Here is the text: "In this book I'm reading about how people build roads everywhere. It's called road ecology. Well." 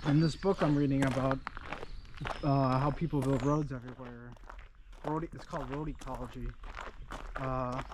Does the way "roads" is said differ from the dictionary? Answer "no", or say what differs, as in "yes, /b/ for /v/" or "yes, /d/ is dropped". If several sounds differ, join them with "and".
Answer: no